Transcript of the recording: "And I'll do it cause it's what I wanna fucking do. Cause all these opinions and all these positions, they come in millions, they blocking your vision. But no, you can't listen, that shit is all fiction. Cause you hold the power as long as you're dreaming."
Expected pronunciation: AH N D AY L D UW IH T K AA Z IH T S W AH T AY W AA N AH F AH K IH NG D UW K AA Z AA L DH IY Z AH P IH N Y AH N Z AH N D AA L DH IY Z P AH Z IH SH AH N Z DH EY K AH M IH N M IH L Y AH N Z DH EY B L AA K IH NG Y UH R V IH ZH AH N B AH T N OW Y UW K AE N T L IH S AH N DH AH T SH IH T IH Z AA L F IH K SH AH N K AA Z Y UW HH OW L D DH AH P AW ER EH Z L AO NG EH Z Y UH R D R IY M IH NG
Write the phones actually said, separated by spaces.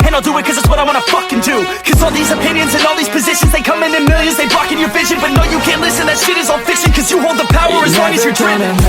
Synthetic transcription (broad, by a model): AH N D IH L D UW IH T K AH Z IH T S W AH T AY W AA N AH F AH K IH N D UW K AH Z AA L DH IY Z AH P IH N Y AH N Z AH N AA L DH IY Z P AH Z IH SH AH N Z DH EY K AH M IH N M IH L Y AH N Z DH EY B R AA K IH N Y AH R V IH ZH AH N B AH T N OW Y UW K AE N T L IH S AH N DH AH T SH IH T IH Z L F IH K S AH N K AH Z Y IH HH OW L D DH AH P AW ER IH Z W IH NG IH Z Y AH R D R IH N